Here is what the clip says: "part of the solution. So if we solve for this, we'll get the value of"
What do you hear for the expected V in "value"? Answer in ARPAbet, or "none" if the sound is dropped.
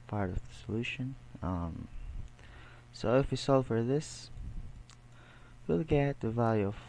V